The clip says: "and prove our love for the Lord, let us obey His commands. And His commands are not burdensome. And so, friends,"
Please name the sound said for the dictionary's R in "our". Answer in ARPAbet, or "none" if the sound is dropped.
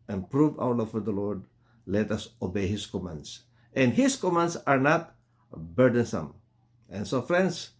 W